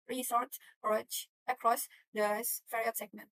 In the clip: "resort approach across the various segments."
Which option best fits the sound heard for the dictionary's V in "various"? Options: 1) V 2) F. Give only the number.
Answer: 2